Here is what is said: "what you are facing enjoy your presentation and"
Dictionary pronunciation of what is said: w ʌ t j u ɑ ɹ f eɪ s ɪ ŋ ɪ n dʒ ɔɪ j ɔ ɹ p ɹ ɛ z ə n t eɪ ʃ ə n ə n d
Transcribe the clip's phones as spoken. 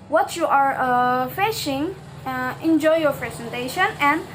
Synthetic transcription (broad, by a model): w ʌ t j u ɑ ɹ f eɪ ʃ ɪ ŋ ɪ n dʒ ɔɪ j ɔ ɹ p ɹ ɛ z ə n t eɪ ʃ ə n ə n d